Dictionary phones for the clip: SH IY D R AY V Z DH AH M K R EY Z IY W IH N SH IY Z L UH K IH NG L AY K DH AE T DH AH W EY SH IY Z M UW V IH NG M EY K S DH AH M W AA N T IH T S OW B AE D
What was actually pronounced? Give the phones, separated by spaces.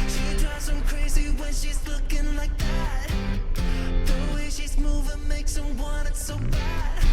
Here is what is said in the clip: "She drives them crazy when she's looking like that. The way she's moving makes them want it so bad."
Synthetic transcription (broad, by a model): SH IY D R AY Z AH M K R EY Z IY W IH N SH IY Z L UH K IH NG L AY K DH AE T DH AH W EY SH IY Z M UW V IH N M EY K S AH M W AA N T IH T S OW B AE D